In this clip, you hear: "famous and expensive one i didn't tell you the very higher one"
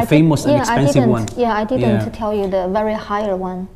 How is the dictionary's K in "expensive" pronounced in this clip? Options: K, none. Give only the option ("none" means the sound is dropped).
none